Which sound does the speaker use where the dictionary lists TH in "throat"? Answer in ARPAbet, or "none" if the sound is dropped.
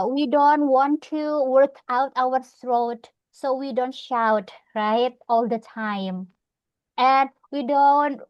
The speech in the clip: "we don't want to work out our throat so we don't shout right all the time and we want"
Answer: S